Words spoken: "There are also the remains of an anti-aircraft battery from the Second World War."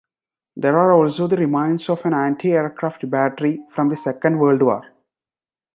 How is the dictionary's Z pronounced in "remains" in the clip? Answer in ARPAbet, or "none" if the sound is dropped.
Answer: S